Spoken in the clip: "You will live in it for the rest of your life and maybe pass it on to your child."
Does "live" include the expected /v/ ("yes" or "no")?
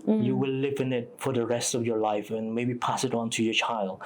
yes